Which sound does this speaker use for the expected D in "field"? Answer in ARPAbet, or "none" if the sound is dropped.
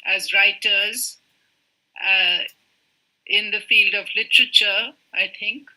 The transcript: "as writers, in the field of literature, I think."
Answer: D